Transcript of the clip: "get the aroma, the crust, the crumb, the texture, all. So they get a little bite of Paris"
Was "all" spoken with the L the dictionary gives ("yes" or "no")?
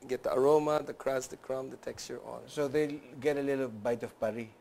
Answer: no